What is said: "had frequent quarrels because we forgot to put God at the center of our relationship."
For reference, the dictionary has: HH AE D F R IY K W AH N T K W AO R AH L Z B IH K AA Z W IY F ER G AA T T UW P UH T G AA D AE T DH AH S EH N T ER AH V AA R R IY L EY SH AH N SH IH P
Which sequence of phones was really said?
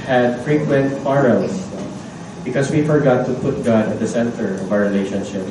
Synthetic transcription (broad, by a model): HH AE D F R IY K W AH N T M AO R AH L S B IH K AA S W IY F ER G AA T T UW P UH T G AA D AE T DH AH S EH N T ER AH V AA W R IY L EY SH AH N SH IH P